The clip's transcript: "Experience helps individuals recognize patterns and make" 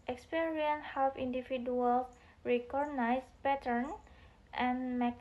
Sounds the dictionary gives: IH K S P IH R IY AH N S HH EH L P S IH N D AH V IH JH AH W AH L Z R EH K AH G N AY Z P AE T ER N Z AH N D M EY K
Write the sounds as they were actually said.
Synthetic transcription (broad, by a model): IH K S P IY R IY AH N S HH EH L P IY N D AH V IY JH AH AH L S R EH K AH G N AY S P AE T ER N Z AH N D M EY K